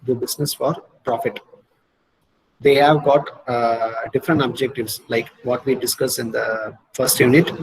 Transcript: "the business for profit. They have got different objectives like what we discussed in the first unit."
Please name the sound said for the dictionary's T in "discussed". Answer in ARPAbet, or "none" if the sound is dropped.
none